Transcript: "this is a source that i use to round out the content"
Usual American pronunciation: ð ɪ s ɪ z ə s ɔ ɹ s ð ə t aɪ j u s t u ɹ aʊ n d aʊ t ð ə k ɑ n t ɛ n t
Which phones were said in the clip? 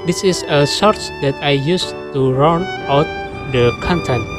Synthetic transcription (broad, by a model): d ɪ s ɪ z ə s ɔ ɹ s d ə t aɪ j u s t u ɹ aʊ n aʊ t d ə k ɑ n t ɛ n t